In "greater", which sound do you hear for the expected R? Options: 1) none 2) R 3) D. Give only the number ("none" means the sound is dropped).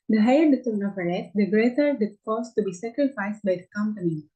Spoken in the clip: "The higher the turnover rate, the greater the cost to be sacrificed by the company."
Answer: 2